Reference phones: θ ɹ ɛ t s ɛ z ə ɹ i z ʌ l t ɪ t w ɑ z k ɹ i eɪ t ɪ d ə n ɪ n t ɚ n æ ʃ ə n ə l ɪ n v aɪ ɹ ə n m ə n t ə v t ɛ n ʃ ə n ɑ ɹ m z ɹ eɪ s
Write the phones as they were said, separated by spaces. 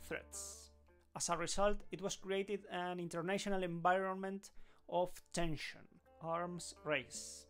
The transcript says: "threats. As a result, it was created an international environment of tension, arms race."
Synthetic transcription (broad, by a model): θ ɹ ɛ t s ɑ s ə ɹ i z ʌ l t ɪ t w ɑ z k ɹ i eɪ t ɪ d ə n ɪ n t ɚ n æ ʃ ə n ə l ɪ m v aɪ ɹ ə n m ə n t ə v t ɛ n ʃ ə n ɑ ɹ m s ɹ eɪ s